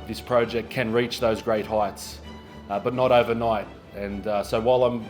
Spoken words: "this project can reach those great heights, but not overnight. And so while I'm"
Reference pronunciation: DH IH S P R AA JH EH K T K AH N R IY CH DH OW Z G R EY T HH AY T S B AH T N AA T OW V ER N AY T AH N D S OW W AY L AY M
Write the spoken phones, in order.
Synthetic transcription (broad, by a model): DH IH S P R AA JH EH K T K AH N R IY CH DH OW Z G R EY T HH AY T S B AH T N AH T OW V ER N AY T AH N S OW W AY L AY M